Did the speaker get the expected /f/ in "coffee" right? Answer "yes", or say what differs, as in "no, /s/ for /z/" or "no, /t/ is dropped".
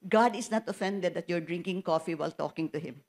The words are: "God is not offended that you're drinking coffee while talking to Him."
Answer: yes